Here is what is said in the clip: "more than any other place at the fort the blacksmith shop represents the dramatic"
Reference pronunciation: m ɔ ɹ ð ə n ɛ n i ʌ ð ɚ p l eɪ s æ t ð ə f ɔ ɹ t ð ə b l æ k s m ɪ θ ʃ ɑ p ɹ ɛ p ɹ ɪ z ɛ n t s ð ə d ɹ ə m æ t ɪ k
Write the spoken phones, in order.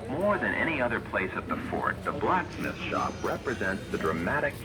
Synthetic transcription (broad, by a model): m ɔ ɹ ð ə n ɛ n i ʌ ð ɚ p l eɪ s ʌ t ð ə f ɔ ɹ t ð ə b l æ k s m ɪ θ ʃ ɑ p ɹ ɛ p ɹ ɪ z ɛ n t s ð ə d ɹ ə m æ t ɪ k